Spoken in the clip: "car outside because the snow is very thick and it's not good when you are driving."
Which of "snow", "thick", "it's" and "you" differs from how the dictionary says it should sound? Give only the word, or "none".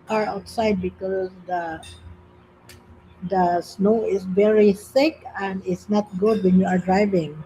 thick